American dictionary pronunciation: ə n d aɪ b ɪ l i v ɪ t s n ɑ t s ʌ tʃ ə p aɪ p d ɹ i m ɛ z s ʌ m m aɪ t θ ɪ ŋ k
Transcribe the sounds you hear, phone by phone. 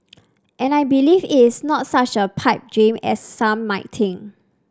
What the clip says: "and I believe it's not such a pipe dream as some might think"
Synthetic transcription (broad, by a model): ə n aɪ b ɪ l i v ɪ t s n ɑ t s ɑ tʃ ə p aɪ p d ɹ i m ɛ s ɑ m m aɪ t t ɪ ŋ